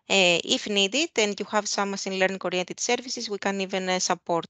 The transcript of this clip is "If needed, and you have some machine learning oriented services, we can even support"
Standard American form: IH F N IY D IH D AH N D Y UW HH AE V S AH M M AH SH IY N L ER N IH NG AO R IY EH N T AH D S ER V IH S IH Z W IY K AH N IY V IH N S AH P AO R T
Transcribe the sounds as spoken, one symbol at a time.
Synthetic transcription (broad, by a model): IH F N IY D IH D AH N Y UW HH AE V S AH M M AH S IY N L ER N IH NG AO R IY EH N T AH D S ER V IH S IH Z W IY K AH N IY V IH N S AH P AO R T